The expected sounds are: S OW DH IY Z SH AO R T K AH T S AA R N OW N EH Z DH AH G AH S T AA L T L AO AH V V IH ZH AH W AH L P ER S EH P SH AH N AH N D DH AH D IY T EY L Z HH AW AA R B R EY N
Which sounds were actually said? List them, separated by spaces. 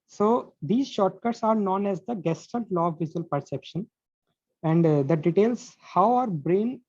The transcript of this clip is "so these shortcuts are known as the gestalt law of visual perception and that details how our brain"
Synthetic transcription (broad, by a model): S OW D IY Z SH AO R T K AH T S AA R N OW N EH Z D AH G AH S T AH N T L AO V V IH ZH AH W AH L P ER S EH P SH AH N AH N D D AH D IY T EY L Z HH AW AA R B R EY N